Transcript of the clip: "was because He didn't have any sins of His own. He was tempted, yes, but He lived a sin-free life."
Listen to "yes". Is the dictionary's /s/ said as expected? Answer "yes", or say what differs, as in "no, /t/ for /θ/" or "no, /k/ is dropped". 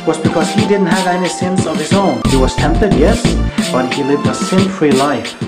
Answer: yes